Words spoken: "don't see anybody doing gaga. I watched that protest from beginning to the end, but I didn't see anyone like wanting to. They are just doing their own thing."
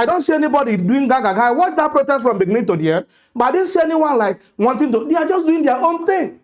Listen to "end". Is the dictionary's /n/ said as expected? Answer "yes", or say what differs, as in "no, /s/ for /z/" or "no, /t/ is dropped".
no, /n/ is dropped